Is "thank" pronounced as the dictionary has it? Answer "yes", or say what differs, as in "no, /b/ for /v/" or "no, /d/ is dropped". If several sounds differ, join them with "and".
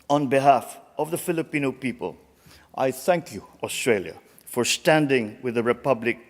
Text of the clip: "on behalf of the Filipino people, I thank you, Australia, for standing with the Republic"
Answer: yes